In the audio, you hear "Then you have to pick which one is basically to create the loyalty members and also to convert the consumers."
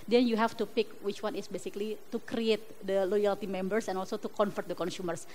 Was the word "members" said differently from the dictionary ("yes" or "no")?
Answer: yes